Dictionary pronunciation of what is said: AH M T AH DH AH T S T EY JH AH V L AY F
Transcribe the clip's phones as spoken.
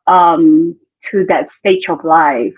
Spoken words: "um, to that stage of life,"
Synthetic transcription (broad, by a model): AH M T AH DH AH T S T EY CH AH V L AY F